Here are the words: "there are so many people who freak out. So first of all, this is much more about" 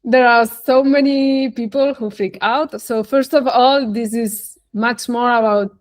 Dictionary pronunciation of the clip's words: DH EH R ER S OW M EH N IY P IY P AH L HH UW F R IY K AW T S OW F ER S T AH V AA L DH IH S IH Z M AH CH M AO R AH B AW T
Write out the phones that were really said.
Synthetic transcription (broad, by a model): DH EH R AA S OW M EH N IY P IY P AH L HH UW F L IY K AW T S OW F ER S T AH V AA L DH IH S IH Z M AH CH M AO R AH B AW T